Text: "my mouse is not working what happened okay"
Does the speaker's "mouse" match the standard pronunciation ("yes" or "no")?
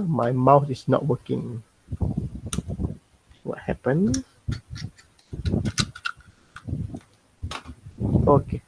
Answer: no